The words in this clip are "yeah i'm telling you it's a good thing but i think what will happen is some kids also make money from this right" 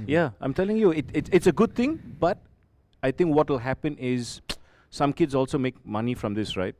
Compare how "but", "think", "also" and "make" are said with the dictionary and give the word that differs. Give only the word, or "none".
think